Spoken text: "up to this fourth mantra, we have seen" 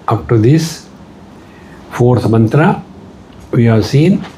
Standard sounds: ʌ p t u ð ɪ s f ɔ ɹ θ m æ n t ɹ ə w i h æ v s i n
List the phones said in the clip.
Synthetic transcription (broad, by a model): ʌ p t u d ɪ s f ɔ ɹ s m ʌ n t ɹ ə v i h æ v s i n